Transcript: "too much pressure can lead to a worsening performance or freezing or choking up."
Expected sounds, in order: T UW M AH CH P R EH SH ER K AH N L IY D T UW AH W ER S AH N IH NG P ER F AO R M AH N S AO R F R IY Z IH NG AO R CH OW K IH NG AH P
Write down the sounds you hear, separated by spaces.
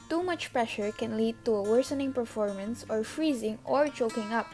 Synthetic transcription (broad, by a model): T UW M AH CH P R EH SH ER K AH N L IY D T UW AH W ER S AH N IH NG P ER F AO R M AH N S AO R F R IY Z IH NG AO R CH OW K IH NG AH P